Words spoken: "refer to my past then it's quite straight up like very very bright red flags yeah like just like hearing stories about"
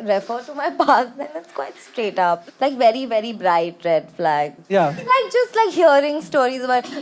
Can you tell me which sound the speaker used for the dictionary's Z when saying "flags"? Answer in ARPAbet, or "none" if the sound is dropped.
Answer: none